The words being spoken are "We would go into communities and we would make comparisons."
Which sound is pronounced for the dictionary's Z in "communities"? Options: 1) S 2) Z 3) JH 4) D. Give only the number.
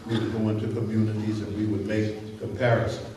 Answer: 2